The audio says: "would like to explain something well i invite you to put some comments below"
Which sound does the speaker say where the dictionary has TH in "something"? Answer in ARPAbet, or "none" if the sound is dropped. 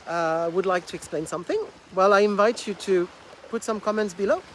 TH